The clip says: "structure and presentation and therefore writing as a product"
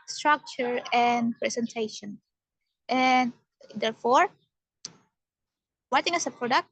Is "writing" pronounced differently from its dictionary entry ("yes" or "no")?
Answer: yes